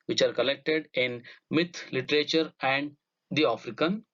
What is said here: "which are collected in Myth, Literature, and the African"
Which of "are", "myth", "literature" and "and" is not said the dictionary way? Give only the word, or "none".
myth